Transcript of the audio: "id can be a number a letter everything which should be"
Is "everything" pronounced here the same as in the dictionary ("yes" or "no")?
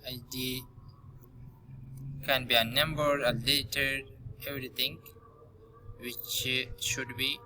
no